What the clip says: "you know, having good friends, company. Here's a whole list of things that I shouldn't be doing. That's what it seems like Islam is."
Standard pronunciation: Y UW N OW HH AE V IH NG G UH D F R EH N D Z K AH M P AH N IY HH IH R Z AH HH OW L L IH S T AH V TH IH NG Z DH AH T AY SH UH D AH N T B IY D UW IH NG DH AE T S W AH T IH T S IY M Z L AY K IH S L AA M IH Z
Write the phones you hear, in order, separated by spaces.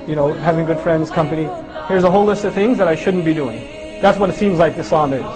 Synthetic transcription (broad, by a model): Y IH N OW HH AE V IH NG G UH D F R EH N D Z K AH M P AH N IY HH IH R Z AH HH OW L L IH S T AH V TH IH NG Z DH AH T AY SH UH D N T B IY D UW IH NG DH AE T S W AH T IH T S IY M Z L AY K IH S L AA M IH